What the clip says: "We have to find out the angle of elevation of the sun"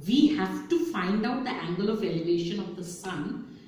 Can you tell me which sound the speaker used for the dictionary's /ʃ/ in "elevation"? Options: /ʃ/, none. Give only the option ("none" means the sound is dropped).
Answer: /ʃ/